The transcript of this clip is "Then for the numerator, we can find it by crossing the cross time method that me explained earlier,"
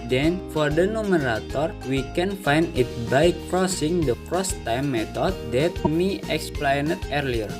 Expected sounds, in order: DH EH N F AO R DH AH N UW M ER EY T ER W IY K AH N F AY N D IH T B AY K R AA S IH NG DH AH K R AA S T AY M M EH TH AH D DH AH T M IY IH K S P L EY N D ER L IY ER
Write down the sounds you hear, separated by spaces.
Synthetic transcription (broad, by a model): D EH N F AO R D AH N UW M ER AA T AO W IY K AH N F AY N D IH T B AY K R AA S IH NG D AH K R AA S T AY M M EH T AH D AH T M IY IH K S P L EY N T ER L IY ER